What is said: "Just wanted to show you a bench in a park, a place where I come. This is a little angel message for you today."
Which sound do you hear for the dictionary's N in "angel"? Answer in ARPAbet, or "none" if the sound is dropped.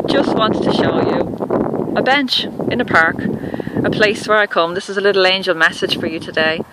N